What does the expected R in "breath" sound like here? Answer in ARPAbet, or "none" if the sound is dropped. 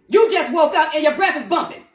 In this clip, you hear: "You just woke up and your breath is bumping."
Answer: R